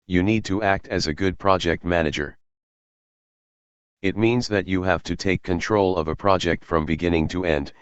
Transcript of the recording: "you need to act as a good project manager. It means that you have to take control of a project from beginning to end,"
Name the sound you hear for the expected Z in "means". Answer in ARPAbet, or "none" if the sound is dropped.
Z